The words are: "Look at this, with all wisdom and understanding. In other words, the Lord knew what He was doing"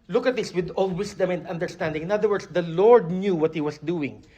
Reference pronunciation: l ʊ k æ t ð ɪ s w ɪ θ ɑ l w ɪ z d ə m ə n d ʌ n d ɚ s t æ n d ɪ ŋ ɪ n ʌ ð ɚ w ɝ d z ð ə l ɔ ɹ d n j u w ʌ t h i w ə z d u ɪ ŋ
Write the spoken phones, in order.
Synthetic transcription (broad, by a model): l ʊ k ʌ t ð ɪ s w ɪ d ɑ l w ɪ s d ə m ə n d ʌ n d ɚ s t æ n d ɪ ŋ ɪ n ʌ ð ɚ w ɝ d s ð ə l ɔ ɹ d n j u w ʌ t h i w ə s d u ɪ ŋ